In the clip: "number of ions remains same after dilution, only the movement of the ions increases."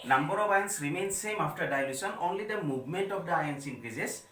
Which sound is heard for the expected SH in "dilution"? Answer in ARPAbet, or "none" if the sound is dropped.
S